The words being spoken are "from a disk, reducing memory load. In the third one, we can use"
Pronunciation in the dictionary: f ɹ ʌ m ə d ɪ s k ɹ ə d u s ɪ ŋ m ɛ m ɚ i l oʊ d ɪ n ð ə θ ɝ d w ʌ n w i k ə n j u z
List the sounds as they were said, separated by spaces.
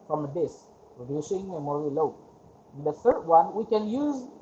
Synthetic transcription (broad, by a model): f ɹ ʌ m ə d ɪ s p ɹ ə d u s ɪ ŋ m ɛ m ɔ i l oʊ ɪ n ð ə θ ɝ d w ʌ n w i k ə n j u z